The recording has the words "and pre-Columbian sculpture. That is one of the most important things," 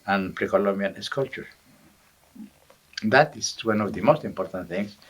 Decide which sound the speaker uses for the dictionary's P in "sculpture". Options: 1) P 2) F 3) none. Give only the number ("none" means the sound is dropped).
3